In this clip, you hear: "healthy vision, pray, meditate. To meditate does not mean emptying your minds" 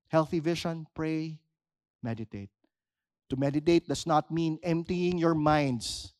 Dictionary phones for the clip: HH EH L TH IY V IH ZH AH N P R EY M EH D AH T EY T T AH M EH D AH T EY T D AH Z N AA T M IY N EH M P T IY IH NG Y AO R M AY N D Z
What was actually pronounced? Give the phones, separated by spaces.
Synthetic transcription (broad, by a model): HH EH L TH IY V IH SH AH N P R EY M EH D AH T EY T T AH M EH D AH T EY T D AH S N AA T M IY N EH M P T IY IH NG Y AO R M AY N D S